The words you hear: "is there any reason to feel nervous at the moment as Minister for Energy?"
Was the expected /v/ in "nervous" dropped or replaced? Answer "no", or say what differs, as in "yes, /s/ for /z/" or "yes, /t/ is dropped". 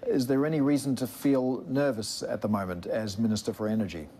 no